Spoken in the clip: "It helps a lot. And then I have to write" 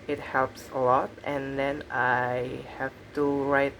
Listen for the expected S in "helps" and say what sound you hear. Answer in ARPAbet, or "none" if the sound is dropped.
S